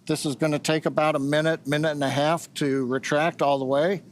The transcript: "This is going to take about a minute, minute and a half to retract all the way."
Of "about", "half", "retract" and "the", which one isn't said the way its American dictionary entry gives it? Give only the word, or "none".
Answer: none